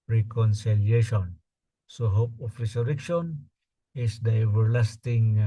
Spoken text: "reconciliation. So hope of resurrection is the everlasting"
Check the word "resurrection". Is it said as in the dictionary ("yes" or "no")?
no